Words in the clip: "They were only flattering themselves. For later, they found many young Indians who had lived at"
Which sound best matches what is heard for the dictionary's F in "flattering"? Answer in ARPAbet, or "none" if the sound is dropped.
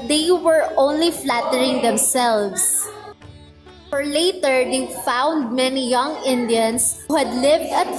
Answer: F